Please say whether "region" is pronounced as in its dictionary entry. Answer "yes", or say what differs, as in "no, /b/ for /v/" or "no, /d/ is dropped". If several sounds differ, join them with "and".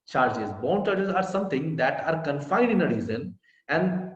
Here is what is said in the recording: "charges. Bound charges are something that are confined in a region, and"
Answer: no, /z/ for /dʒ/